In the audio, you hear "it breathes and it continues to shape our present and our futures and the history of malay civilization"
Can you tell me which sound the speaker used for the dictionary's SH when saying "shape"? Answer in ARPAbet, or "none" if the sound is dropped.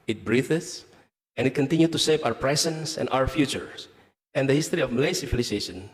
S